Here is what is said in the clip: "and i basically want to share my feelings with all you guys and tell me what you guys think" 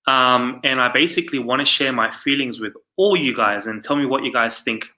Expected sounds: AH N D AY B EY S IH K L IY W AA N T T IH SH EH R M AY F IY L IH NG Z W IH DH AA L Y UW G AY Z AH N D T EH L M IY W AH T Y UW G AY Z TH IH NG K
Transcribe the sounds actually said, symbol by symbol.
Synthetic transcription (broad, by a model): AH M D AY B EY S IH K L IY W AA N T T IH SH EH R M AY F IY L IH NG Z W IH DH AA L Y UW G AY Z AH N T EH L M IY W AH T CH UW G AY Z TH IH NG K